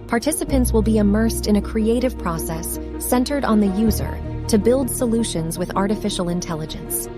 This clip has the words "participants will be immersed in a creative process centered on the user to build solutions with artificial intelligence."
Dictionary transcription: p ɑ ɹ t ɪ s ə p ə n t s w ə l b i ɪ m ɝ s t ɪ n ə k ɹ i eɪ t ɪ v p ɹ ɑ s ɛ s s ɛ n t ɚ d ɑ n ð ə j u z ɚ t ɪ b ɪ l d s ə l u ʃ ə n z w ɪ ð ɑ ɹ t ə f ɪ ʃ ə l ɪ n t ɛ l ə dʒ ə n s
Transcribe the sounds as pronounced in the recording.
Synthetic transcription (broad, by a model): p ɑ ɹ t ɪ s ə p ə n t s w ə l b i ɪ m ɝ s t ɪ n ə k ɹ i eɪ t ɪ v p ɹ ɑ s ɛ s s ɛ n t ɚ d n ð ə j u z ɚ t ɪ b ɪ l d s ə l u ʃ ə n z w ɪ ð ɑ ɹ t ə f ɪ ʃ l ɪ n t ɛ l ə dʒ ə n s